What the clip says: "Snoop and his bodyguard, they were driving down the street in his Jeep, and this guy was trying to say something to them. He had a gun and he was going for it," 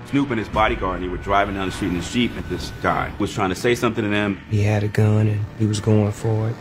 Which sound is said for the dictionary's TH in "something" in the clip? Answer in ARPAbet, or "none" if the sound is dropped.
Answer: TH